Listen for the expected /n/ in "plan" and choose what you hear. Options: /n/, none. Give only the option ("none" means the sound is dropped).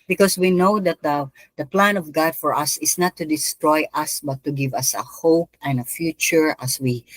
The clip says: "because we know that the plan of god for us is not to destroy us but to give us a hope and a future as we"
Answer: /n/